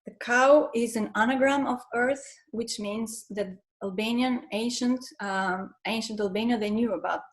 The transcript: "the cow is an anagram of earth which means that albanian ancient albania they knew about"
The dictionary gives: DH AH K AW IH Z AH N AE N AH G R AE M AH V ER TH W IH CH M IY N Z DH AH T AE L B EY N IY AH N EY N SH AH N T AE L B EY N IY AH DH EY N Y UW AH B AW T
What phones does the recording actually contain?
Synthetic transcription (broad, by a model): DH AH K AW IH Z AH N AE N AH G R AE M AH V ER TH W IH CH M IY N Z DH AH T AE L B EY N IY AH N EY N SH AH N T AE L B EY N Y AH DH EY N Y UW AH B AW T